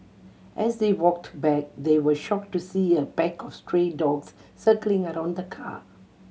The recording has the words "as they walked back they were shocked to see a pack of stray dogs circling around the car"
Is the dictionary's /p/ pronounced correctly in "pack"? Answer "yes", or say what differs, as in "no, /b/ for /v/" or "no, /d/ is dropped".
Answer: no, /b/ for /p/